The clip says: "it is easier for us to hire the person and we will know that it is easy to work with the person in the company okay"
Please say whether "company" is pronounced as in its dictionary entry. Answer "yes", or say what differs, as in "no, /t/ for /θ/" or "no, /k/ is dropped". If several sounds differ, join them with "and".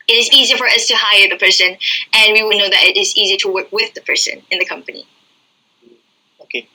yes